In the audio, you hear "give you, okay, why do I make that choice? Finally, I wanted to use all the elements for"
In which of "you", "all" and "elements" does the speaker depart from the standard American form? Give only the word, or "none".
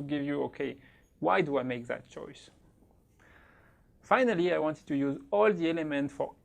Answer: elements